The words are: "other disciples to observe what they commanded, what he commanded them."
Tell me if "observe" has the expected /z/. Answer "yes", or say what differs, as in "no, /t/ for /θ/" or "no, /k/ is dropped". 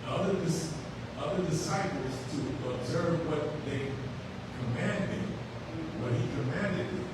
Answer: yes